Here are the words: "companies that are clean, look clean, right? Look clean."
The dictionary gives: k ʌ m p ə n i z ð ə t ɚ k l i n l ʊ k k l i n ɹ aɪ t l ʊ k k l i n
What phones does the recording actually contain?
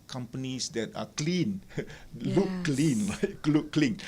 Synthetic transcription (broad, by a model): k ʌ m p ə n i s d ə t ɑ k l i n l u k k l i n l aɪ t l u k k l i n